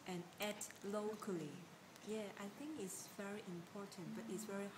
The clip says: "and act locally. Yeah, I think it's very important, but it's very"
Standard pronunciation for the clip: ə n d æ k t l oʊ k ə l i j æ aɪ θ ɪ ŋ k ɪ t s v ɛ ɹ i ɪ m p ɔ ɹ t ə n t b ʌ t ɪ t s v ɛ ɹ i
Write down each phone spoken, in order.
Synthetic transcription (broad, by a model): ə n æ t l oʊ k ə l i j æ aɪ θ ɪ ŋ k ɪ t s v ɛ ɹ i ɪ m p ɔ ɹ t ə n t b ʌ t ɪ t s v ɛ ɹ i